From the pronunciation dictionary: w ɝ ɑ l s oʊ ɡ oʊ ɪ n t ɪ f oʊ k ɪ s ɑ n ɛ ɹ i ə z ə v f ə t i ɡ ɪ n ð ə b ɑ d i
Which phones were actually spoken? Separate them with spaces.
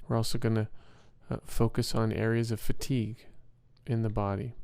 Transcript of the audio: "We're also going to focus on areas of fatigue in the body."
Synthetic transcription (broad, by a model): w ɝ ɑ l s oʊ ɡ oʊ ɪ n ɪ f oʊ k ɪ s n ɛ ɹ i ə z ə v f ə t i ɡ ɪ n ð ə b ɑ d i